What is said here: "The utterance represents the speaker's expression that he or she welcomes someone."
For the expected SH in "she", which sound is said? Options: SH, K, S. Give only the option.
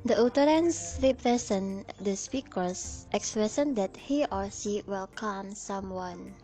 S